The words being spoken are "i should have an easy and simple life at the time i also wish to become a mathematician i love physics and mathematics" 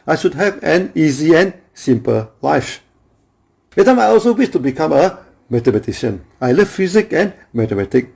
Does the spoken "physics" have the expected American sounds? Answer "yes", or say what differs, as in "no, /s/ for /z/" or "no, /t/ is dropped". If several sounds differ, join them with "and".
no, /s/ is dropped